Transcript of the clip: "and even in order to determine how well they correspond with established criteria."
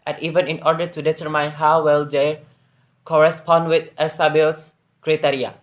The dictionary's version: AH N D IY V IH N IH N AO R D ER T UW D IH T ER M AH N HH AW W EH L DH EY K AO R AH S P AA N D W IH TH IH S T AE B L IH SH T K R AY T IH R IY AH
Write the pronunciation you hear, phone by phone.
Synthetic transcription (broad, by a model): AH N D IY V IH N IH N AO R D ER T UW D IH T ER M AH N HH AW W EH L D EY K AO R AH S P AA N D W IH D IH S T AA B IH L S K R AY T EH R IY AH